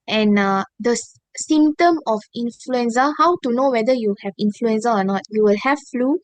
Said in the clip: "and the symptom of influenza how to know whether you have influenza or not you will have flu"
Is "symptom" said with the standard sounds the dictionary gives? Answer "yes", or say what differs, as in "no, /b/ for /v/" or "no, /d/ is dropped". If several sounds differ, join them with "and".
no, /p/ is dropped